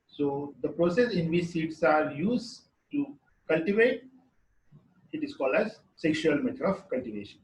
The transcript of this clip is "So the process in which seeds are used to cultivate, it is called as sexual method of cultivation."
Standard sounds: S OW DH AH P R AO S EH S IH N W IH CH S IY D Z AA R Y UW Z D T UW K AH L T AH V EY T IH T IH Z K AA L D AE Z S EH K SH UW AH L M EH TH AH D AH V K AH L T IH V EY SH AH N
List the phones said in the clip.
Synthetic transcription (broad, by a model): S OW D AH P R AO S EH S IH N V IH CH S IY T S AA R Y UW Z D T UW K AH L T AH V EY T IH T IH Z K AA L D AE Z S EH K SH UW AH L M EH T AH D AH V K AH L T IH V EY SH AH N